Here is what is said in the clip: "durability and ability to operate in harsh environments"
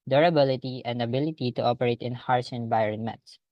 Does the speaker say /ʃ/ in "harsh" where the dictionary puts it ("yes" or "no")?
no